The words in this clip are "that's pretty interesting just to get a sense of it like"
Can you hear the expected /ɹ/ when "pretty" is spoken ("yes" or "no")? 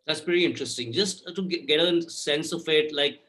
no